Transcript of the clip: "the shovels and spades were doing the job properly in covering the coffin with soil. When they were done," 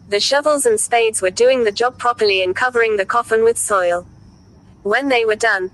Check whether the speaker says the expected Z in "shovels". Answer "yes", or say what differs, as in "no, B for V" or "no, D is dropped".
yes